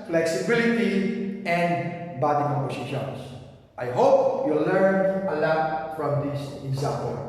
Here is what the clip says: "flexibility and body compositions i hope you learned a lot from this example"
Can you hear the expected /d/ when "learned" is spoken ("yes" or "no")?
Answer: no